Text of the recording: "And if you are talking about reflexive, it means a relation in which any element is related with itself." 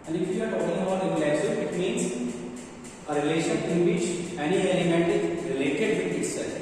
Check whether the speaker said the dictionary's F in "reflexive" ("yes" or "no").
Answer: no